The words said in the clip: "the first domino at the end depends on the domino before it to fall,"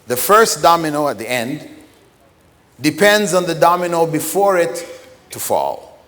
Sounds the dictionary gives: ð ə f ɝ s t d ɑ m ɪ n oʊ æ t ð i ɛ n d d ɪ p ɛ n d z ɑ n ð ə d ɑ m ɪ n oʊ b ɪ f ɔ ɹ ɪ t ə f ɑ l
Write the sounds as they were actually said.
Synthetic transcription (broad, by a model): ð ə f ɝ s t d ɑ m ɪ n oʊ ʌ t ð i ɛ n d d ɪ p ɛ n d z n ð ə d ɑ m ɪ n oʊ b ɪ f ɔ ɹ ɪ t ə f ɑ l